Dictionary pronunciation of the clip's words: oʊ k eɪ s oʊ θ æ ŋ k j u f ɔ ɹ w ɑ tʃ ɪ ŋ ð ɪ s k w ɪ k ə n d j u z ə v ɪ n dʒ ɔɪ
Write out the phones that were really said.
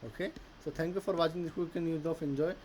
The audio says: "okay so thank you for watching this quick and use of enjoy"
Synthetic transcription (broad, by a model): oʊ k eɪ s oʊ t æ ŋ k j u f ɔ ɹ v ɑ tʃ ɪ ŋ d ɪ k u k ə n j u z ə f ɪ n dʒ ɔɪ